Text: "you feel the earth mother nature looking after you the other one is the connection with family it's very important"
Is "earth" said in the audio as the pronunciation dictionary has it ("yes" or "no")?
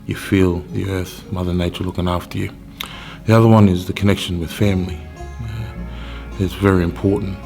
yes